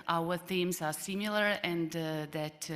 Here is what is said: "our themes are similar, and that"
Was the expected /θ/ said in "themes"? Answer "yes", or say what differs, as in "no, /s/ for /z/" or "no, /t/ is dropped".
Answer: yes